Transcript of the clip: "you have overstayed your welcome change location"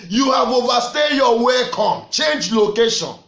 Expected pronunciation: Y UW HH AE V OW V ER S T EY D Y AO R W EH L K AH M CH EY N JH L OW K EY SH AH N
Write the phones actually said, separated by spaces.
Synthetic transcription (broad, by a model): Y UW HH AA V OW V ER S T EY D Y AO W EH K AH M CH EY N JH L OW K EY SH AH N